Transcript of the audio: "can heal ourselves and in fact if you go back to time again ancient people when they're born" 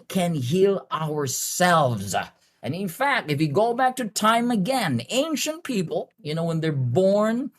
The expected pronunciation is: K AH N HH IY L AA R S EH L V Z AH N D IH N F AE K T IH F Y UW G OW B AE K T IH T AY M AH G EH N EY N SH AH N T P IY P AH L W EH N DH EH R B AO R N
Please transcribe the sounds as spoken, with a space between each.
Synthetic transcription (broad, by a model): K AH N HH IY L AA R S EH L V Z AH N IH N F AE K T IH F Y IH G OW B AE K T IH T AY M AH G EH N EY N SH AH N P IY P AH N W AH N DH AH R B AO R N